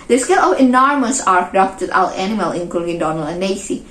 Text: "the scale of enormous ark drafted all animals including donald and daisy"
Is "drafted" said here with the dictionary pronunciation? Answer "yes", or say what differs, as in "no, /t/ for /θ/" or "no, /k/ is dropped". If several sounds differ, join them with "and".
no, /ɹ/ is dropped